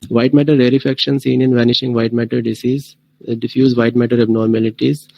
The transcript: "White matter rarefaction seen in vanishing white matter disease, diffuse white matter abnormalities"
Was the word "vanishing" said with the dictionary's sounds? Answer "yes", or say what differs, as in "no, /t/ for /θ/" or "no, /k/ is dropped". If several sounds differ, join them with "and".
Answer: yes